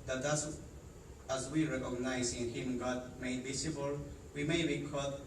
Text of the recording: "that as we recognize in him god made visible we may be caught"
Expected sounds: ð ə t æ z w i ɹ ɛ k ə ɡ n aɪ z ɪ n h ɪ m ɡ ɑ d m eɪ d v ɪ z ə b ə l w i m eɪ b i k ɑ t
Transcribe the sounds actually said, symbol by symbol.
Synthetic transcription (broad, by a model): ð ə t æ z w i ɹ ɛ k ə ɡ n aɪ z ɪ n h ɪ m ɡ ɑ d m eɪ d b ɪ s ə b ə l w i m eɪ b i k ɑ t